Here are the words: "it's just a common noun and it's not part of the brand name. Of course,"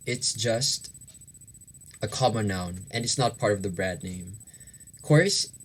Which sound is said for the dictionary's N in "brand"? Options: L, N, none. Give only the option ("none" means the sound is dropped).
none